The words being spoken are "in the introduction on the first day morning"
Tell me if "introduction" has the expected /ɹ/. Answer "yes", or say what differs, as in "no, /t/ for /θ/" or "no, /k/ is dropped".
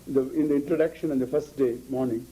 yes